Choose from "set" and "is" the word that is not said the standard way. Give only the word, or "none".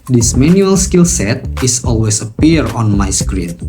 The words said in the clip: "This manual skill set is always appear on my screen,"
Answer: is